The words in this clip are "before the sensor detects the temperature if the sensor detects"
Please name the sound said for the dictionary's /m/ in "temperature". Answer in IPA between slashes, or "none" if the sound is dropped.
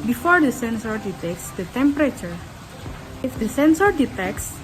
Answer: /m/